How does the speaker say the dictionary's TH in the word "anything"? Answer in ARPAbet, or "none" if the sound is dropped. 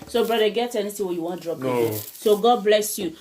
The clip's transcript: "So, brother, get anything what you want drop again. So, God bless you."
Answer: T